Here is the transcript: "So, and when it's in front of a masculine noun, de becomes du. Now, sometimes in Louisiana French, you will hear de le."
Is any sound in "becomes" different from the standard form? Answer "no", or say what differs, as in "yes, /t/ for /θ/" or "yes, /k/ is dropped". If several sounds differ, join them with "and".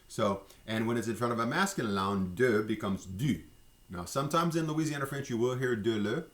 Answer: no